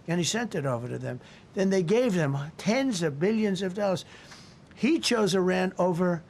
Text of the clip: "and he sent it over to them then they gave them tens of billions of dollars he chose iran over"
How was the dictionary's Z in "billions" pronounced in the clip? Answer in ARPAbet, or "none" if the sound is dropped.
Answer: Z